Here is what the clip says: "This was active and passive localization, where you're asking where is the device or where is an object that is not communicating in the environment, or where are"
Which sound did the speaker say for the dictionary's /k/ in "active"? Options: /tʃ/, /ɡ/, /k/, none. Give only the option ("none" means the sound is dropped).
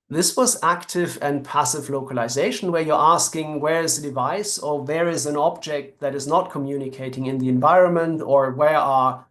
/k/